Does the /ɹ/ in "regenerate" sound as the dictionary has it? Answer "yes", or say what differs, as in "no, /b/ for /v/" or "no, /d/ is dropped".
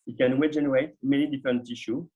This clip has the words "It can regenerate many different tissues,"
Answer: no, /w/ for /ɹ/